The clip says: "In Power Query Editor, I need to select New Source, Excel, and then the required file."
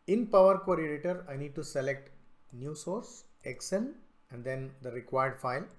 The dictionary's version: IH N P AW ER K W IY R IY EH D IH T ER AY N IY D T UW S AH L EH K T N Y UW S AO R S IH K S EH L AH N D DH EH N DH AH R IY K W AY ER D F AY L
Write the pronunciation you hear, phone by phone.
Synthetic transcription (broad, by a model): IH N P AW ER K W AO R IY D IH T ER AY N IY D T UW S AH L EH K T N Y UW S AO R S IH K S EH N AH N D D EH N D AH R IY K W AY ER D F AY L